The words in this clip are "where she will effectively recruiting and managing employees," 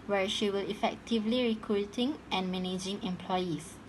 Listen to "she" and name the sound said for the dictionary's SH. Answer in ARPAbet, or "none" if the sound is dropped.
SH